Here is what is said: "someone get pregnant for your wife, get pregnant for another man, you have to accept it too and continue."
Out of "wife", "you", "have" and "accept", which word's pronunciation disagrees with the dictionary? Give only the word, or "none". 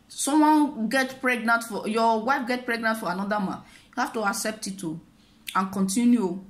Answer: have